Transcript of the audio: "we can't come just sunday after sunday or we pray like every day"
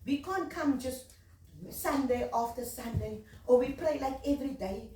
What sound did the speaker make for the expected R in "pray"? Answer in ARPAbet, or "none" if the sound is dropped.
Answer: L